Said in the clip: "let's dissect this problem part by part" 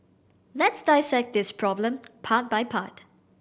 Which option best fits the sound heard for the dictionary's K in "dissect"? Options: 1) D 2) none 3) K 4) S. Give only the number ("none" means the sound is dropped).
3